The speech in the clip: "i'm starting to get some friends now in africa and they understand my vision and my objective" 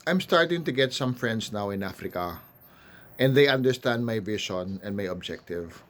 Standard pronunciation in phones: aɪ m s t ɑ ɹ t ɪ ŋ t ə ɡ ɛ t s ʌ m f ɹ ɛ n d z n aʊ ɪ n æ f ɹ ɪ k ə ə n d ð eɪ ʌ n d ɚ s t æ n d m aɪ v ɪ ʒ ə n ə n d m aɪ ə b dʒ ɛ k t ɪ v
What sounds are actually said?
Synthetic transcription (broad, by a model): aɪ m s t ɑ ɹ t ɪ ŋ t ə ɡ ɛ t s ʌ m f ɹ ɛ n d s n aʊ ɪ n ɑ f ɹ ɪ k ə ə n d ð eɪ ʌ n d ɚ s t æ n d m aɪ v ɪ ʃ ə n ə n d m aɪ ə b dʒ ɛ k t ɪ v